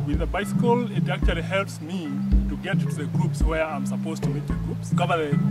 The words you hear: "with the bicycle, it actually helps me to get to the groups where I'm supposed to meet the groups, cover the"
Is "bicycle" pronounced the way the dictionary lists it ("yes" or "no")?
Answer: yes